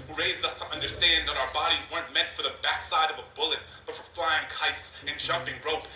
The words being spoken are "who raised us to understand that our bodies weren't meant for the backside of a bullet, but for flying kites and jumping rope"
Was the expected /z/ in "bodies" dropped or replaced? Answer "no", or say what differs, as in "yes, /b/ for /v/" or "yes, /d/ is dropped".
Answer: no